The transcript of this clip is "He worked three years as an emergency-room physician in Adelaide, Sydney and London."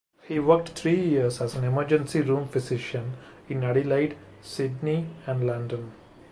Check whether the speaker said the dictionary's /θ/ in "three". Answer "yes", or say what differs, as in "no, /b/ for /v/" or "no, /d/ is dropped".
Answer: no, /t/ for /θ/